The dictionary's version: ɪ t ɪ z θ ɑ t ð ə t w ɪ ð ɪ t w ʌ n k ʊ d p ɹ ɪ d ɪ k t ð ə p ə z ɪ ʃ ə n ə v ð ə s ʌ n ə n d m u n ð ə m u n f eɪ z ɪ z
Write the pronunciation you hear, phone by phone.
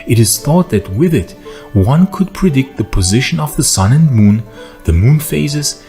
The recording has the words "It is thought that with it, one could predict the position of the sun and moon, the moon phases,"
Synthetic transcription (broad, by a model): ɪ t ɪ z θ ɑ t ð ə t w ɪ ð ɪ t w ʌ n k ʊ d p ɹ ɪ d ɪ k t ð ə p ə z ɪ ʃ ə n ə v ð ə s ʌ n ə n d m u n ð ə m u n f eɪ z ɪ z